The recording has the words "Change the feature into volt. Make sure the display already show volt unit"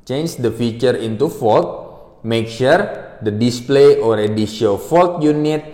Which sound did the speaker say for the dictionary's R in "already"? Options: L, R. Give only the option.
R